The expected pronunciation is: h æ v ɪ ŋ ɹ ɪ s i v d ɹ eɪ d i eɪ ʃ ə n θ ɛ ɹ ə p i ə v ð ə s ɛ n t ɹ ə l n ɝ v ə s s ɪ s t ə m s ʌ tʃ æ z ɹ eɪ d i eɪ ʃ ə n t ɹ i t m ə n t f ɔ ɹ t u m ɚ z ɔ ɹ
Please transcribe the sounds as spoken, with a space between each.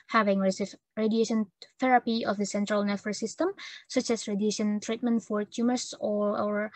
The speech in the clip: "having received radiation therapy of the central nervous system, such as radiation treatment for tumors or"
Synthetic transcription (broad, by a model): h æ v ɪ ŋ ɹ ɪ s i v ɹ eɪ d i eɪ ʃ ə n θ ɛ ɹ ə p i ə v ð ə s ɛ n t ɹ ə l n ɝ f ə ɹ s ɪ s t ə m s ʌ tʃ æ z ɹ eɪ d i eɪ ʃ ə n t ɹ i t m ə n t f ɔ ɹ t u m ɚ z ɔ ɹ